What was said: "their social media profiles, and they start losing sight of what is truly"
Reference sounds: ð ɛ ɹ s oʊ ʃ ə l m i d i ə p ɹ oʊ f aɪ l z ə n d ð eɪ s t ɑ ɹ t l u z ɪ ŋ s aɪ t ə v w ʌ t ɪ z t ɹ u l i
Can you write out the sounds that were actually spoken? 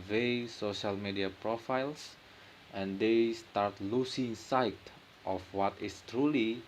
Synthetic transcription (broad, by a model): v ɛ s oʊ ʃ ə l m i d i ə p ɹ oʊ f aɪ l s ə n d eɪ s t ɑ ɹ t l u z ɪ ŋ s aɪ t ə f w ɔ t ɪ s t ɹ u l i